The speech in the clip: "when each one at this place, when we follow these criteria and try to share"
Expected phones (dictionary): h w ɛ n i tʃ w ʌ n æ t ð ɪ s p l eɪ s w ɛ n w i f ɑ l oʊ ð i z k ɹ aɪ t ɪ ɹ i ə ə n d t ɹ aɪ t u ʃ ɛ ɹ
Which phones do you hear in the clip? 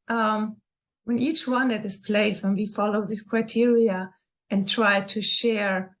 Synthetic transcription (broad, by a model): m w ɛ n i tʃ w ʌ n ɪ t ð ɪ s p l eɪ s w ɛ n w i f ɑ l oʊ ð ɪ s k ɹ aɪ t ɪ ɹ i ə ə n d t ɹ aɪ t u ʃ ɛ ɹ